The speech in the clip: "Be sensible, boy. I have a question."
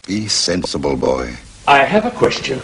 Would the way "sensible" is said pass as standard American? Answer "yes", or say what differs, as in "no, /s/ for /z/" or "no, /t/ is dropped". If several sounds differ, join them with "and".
yes